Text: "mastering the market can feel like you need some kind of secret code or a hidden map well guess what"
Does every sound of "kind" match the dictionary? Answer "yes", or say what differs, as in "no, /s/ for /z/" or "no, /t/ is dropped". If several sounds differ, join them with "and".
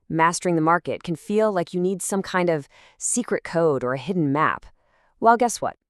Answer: yes